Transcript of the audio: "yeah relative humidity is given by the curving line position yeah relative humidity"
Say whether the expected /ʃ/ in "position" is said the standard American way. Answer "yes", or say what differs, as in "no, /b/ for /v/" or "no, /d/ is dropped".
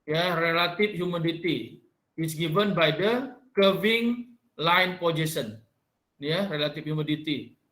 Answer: no, /s/ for /ʃ/